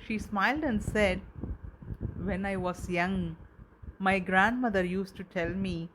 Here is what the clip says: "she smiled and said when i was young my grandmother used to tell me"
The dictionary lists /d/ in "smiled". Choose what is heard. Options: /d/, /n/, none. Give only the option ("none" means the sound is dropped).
/d/